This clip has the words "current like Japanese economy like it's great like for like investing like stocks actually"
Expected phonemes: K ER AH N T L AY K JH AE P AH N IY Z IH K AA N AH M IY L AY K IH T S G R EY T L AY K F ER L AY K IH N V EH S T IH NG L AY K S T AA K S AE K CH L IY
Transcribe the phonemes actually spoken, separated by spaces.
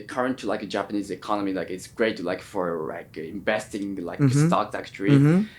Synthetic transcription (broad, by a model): K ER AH N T L AY K JH AE P AH N IY Z IH K AA N AH M IY L AY K IH T S G R EY T L AY K F ER L AY K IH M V EH S T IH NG L AY K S T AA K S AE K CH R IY